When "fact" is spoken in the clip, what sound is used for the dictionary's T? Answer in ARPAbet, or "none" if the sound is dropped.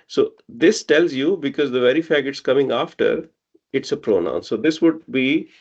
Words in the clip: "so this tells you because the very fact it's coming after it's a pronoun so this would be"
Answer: none